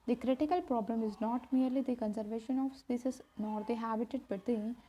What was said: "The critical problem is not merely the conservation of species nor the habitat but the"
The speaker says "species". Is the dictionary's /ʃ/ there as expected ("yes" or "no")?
no